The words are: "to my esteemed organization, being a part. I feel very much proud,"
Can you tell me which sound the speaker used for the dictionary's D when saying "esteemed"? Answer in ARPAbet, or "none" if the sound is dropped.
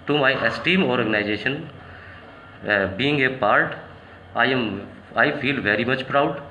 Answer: none